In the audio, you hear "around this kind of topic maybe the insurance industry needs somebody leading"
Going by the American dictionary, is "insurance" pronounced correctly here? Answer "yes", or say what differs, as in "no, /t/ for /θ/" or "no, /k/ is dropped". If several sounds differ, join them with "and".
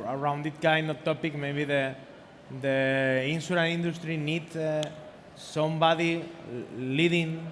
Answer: no, /s/ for /ʃ/ and /s/ is dropped